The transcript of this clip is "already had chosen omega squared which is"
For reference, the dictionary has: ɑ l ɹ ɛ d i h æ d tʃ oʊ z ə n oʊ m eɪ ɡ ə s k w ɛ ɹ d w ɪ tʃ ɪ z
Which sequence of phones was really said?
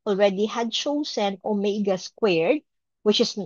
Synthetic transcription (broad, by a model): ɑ l ɹ ɛ d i h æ d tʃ oʊ s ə n oʊ m eɪ ɡ ə s k w ɛ ɹ d w ɪ tʃ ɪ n